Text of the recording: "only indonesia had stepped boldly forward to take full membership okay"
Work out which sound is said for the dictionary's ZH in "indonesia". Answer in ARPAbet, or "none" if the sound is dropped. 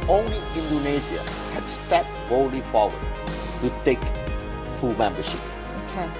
Z